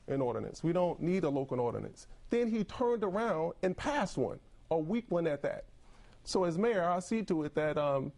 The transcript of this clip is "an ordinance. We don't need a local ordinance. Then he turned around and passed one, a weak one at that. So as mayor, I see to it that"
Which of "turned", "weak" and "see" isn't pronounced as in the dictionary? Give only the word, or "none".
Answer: none